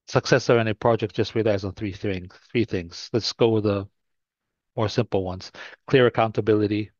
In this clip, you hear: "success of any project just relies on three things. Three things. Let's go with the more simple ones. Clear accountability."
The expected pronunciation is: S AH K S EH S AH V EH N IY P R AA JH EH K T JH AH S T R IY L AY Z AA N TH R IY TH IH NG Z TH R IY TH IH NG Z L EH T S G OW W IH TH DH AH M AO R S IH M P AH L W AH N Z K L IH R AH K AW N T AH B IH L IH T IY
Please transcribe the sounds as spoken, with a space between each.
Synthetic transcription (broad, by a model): S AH K S EH S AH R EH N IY P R AA JH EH K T JH AH S T R IY L AY Z N TH R IY TH IH NG Z TH R IY TH IH NG Z L EH T S G OW W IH DH AH M AO R S IH M P L W AH N Z K L IH R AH K AW N T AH B IH L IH T IY